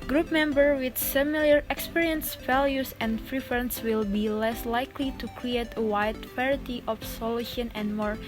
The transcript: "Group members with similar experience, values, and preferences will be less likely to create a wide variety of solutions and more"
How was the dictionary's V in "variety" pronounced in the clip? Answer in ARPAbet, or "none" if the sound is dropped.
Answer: P